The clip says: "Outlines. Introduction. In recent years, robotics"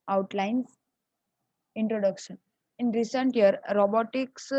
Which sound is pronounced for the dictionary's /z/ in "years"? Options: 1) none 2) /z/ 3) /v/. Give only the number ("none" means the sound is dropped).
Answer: 1